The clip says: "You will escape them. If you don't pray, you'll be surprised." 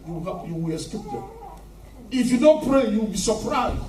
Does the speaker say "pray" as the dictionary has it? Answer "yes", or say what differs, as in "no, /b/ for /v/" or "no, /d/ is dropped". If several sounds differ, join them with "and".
yes